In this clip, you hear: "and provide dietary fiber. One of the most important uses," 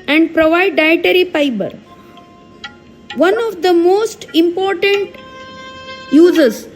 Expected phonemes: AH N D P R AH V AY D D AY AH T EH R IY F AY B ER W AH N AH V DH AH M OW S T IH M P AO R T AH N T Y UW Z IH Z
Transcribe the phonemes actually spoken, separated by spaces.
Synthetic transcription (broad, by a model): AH N D P R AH V AY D D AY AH T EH R IY P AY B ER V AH N AH V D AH M OW S T IH M P AO R T AH N T Y UW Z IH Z